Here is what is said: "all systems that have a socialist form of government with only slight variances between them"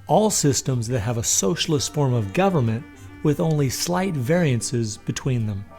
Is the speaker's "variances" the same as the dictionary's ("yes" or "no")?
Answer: yes